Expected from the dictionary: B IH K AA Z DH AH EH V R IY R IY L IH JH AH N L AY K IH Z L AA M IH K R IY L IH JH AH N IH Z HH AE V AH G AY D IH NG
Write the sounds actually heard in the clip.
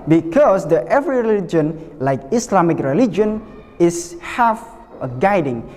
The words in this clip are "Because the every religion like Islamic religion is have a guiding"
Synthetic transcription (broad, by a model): B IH K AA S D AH EH V R IY R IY L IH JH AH N L AY K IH S L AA M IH K R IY L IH JH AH N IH S HH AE F AH G AY D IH NG